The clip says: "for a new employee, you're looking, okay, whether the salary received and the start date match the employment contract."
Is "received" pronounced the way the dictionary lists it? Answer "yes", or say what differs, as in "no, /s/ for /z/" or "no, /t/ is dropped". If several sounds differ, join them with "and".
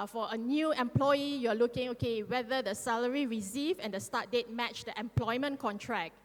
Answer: no, /d/ is dropped